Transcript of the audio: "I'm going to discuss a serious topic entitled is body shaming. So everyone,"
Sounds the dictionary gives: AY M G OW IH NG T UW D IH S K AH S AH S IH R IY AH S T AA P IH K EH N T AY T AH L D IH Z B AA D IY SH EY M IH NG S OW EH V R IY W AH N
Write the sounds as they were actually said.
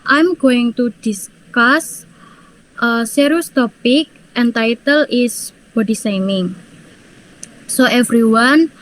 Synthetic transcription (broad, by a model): AY M G OW IH NG T UW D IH S K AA S AH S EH R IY S T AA P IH K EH N T AY T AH L IH S B AA D IY S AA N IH NG S OW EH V R IY W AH N